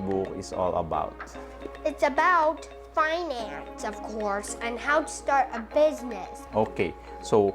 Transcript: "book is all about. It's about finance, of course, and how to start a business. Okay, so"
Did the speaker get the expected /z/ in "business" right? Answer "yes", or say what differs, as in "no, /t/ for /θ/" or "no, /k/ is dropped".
yes